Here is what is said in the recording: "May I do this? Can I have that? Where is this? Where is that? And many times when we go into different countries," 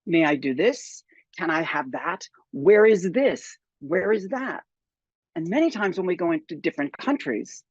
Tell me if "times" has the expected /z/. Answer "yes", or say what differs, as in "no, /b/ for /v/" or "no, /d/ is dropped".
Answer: yes